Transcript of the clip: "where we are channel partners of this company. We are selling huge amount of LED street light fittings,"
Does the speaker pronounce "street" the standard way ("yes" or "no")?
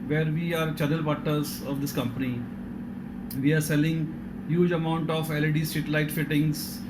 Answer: no